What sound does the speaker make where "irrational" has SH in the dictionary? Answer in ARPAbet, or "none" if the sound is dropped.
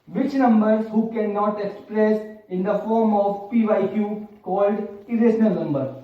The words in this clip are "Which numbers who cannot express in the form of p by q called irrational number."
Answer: S